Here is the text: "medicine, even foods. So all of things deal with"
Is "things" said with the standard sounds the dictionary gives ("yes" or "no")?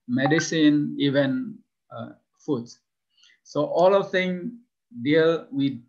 no